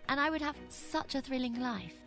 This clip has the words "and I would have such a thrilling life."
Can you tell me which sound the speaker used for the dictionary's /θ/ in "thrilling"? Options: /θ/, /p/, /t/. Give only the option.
/θ/